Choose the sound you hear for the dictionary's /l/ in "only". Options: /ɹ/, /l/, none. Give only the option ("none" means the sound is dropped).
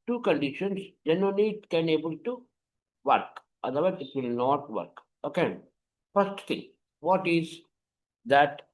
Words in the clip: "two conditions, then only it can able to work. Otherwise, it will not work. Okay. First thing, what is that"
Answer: none